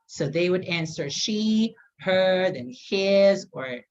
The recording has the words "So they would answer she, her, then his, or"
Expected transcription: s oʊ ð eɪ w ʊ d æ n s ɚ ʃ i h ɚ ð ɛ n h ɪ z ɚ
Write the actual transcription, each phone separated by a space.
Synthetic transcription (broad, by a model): s oʊ ð eɪ w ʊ d æ n s ɚ ʃ i h ɚ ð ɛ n h ɪ z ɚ